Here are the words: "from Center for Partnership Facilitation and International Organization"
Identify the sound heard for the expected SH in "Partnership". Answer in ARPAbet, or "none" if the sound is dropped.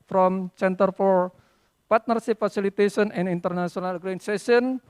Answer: S